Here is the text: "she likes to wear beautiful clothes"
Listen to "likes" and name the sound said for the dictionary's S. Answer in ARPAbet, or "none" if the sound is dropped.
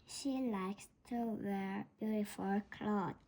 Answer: S